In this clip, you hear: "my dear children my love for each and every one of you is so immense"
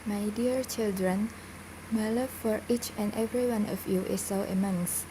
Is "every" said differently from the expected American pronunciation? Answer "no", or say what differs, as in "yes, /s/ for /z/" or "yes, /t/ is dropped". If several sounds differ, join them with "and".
no